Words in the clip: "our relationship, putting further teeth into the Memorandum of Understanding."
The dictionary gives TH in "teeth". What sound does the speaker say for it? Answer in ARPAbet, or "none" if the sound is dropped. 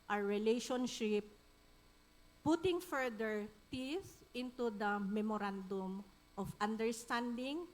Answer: S